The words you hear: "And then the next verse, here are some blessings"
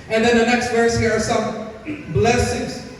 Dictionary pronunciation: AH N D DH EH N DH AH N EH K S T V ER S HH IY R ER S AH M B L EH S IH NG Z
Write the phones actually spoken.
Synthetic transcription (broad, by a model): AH N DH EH N DH AH N EH K S T V ER S HH IY R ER S AH M B L EH S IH NG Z